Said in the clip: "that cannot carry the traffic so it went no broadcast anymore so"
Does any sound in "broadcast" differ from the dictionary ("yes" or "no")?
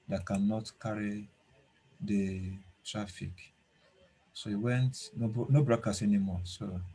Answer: yes